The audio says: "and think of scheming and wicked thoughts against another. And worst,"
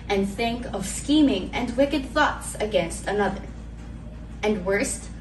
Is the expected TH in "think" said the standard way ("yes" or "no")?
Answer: yes